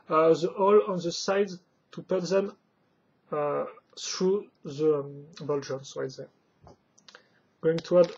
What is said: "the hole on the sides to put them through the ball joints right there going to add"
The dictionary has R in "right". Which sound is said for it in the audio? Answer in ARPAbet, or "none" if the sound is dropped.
W